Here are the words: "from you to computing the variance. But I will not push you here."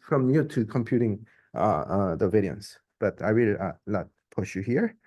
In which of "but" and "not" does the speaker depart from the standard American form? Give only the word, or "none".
not